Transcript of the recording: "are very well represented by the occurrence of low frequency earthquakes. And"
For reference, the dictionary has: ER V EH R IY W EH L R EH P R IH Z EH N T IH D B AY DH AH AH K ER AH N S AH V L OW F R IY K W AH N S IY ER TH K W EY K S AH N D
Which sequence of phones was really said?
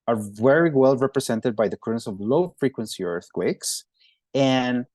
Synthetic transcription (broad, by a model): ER V EH R IY W EH L R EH P R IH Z EH N T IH D B AY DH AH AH K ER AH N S AH V L OW F R IY K W AH N S IY ER TH K W EY K S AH N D